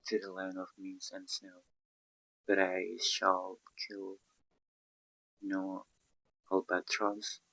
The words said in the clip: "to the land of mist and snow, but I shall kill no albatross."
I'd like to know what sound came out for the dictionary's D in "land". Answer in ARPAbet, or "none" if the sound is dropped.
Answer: none